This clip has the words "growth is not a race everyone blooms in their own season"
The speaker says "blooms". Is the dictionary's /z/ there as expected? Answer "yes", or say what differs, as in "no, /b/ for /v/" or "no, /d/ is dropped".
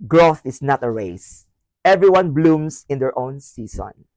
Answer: no, /s/ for /z/